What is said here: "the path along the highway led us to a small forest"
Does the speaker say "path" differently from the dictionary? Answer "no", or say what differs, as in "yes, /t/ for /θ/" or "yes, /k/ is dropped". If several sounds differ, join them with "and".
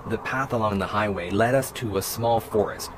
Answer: no